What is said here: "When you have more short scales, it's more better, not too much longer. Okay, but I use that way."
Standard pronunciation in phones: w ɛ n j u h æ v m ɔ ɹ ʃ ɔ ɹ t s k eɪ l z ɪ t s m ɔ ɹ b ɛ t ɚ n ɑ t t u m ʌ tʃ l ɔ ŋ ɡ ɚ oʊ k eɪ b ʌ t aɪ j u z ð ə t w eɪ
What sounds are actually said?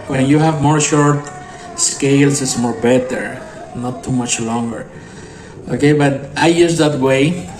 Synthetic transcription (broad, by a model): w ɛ n j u h æ v m ɔ ɹ ʃ ɔ ɹ t s k eɪ l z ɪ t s m ɔ ɹ b ɛ t ɚ n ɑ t t u m ʌ tʃ l ɔ ŋ ɡ ɚ oʊ k eɪ b ʌ t aɪ j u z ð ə t w eɪ